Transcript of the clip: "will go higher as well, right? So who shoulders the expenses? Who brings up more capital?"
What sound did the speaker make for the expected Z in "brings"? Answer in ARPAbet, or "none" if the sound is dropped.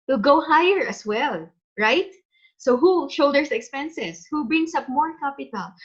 S